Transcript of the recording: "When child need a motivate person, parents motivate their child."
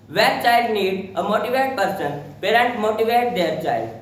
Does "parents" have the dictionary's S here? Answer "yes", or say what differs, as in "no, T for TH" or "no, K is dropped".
no, S is dropped